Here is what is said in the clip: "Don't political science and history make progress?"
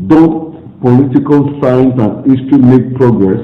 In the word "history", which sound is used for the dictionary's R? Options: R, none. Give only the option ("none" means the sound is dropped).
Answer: none